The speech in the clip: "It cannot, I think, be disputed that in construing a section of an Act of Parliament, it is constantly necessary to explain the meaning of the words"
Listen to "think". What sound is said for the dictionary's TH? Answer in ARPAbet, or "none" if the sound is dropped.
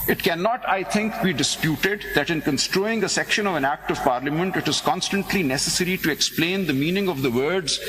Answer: T